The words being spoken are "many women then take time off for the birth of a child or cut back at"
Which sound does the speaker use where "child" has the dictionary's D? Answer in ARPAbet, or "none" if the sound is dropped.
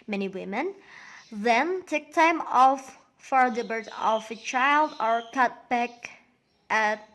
D